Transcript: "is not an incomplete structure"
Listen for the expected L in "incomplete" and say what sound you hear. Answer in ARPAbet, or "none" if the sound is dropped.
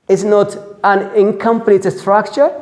N